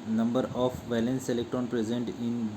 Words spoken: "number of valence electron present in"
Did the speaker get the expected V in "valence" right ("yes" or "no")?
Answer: yes